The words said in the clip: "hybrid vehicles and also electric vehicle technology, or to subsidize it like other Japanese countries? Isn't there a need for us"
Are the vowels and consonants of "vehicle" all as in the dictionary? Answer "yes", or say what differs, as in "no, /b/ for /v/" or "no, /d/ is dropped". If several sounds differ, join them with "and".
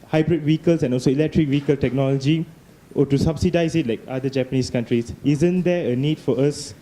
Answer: no, /w/ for /v/